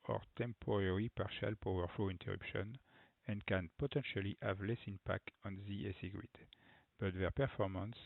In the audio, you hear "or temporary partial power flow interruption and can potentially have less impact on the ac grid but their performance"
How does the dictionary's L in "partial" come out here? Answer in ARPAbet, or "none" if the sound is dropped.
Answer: L